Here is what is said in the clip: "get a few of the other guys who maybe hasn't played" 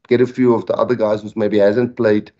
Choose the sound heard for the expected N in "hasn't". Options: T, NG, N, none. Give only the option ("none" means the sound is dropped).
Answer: N